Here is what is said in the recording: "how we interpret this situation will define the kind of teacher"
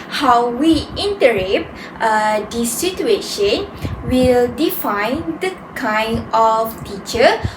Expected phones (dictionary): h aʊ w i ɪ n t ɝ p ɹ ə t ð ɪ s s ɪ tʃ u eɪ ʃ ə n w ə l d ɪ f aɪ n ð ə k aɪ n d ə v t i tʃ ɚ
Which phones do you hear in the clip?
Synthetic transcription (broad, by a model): h aʊ w i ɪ n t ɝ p ə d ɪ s s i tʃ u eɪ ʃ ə n w ə l d ɪ f aɪ n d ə k aɪ n d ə f t i tʃ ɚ